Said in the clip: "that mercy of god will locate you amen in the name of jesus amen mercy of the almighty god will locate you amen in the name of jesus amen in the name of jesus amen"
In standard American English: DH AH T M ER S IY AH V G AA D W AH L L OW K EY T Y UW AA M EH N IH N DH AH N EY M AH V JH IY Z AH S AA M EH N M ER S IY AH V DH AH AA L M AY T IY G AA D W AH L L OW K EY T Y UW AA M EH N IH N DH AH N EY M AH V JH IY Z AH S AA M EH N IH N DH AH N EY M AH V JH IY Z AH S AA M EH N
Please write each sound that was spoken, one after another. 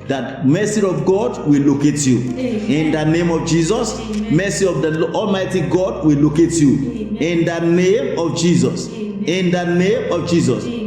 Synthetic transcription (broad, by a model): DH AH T M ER S IY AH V G AA D W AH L L OW K EY T Y UW IH N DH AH N EY M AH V JH IY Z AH S M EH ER S IY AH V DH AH AA L M AY T IY G AA D W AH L L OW K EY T Y UW IH N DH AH N EY M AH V JH IY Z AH S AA N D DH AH N EY M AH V JH IY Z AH S